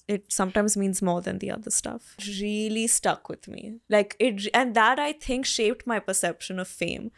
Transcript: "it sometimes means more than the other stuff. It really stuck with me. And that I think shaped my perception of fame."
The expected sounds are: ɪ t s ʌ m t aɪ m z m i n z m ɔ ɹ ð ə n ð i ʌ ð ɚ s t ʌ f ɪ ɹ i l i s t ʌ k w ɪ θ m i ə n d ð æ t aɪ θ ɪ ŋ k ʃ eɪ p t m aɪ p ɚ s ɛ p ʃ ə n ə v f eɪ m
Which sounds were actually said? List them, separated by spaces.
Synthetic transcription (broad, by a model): ɪ t s ʌ m t aɪ m z m i n z m ɔ ɹ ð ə n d i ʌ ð ɚ s t ʌ f ɹ i l i s t ʌ k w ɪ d m i ə n d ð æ t aɪ t ɪ ŋ k ʃ eɪ p t m aɪ p ɚ s ɛ p ʃ ə n ə v f eɪ m